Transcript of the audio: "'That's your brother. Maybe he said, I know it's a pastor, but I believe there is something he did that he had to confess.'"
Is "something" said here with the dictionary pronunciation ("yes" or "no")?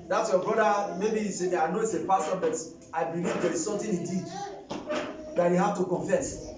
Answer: no